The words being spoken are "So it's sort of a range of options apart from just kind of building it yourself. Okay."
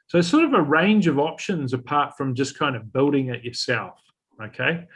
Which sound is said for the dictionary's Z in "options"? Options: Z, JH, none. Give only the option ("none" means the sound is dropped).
Z